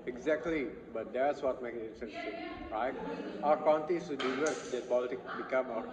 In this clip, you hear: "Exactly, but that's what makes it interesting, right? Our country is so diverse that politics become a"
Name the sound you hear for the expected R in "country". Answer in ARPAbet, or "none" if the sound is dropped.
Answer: none